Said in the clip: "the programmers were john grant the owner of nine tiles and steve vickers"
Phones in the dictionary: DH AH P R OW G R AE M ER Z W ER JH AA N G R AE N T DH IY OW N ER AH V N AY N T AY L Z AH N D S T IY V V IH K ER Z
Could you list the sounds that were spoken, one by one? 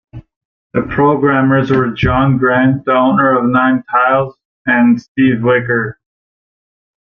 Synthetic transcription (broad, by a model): DH AH P R OW G R AE M ER Z W ER JH AA N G R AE N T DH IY OW N ER AH V N AY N T AY L Z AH N S T IY V W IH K ER